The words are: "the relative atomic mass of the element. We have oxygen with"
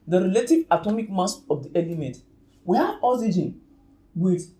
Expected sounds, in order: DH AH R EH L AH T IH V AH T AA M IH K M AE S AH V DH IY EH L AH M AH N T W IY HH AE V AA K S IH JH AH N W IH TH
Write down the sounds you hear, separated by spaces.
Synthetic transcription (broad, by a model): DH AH R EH L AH T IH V AH T AA M IH K M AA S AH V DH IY EH L AH M AH N T W IY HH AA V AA S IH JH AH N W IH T